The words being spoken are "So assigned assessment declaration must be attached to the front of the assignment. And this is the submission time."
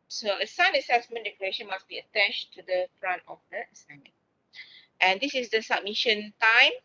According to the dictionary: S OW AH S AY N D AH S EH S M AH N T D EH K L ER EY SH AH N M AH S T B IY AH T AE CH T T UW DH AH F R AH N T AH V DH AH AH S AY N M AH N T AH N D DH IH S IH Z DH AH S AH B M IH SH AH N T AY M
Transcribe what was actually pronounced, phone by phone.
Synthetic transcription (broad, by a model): S OW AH S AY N AH S EH S M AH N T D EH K IY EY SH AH N M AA S B IY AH T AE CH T T UW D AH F R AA N T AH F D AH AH S AY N M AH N T AH N D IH S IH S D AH S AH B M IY SH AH N T AY M